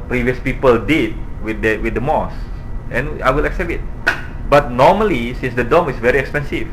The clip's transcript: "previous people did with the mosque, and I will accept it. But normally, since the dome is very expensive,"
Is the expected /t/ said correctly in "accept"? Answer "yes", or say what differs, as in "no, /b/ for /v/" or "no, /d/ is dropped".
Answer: no, /t/ is dropped